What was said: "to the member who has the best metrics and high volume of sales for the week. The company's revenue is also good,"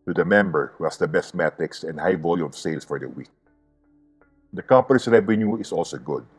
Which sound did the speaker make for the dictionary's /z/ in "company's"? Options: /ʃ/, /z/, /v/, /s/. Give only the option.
/s/